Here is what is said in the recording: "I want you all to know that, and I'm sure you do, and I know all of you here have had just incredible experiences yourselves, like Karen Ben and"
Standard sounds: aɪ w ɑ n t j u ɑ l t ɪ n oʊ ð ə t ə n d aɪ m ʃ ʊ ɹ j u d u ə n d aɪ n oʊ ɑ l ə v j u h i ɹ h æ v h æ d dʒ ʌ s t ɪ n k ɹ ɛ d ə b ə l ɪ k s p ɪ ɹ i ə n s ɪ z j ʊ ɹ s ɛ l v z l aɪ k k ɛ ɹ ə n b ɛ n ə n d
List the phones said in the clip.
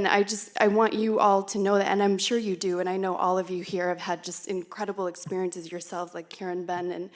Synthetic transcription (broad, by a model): aɪ w ɑ n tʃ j ɑ l t ɪ n oʊ ð ə t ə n aɪ m ʃ ʊ ɹ j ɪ d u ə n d aɪ n oʊ ɑ l ə v j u h i ɹ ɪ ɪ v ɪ d dʒ ʌ s t ɪ n k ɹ ɛ d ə b l ɪ k s p ɪ ɹ i ə n s ɪ z j ʊ ɹ s ɛ l v z l aɪ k k ɛ ɹ ə n b ɛ n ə n